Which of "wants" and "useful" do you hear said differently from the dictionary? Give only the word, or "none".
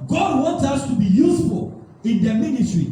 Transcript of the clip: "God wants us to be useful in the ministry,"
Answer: wants